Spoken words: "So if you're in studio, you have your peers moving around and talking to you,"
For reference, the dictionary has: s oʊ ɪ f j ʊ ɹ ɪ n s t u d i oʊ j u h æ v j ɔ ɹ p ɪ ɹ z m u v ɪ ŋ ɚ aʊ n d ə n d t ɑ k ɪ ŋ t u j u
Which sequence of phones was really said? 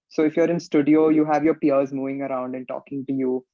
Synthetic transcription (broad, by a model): s oʊ ɪ f j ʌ ɹ ɪ n s t u d i oʊ j u h æ v j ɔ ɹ p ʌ ɹ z m u v ɪ ŋ ɚ aʊ n d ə n t ɑ k ɪ ŋ t u j u